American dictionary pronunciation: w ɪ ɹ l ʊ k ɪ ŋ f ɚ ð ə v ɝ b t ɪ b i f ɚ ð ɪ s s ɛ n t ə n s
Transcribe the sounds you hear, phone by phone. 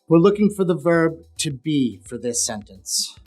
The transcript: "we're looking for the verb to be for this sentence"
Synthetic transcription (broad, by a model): w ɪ ɹ l ʊ k ɪ ŋ f ɚ ð ə v ɝ b t ɪ b i f ɚ ð ɪ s s ɛ n t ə n s